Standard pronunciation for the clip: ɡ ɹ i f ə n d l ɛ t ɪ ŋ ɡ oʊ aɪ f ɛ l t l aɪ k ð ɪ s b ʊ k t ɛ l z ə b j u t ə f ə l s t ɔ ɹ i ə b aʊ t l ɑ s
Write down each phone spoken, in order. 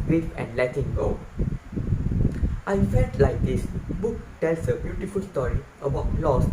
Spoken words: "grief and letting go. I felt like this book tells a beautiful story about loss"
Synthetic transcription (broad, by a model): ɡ ɹ i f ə n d l ɛ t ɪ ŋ ɡ oʊ aɪ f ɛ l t l aɪ k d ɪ s b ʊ k t ɛ l s ə b j u t ə f ə l s t ɔ ɹ i ə b aʊ t l ɑ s